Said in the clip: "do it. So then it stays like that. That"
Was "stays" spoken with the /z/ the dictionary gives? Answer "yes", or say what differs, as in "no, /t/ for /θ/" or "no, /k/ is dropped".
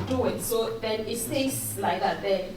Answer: no, /s/ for /z/